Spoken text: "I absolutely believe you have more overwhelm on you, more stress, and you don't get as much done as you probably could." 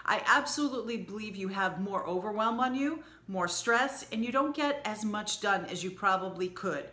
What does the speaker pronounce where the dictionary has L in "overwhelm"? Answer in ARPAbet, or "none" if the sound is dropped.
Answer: L